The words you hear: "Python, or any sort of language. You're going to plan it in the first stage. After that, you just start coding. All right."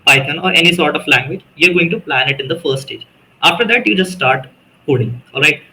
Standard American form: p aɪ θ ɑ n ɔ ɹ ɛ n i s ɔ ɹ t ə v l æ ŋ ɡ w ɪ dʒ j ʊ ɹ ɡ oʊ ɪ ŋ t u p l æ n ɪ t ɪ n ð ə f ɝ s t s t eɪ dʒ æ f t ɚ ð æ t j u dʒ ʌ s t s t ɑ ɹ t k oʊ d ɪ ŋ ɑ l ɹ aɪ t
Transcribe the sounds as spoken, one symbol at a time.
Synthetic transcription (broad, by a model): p aɪ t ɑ n ɔ ɹ ɛ n i s ɔ ɹ t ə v l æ ŋ ɡ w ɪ dʒ j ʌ ɹ ɡ oʊ ɪ ŋ t u p l æ n ɪ t ɪ n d ə f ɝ t s t eɪ dʒ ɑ f t ɚ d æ t j u dʒ ʌ s t s t ɑ ɹ t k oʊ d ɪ ŋ ɑ l ɹ aɪ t